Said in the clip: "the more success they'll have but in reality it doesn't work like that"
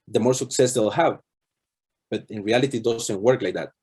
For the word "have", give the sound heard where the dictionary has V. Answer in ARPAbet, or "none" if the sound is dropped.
V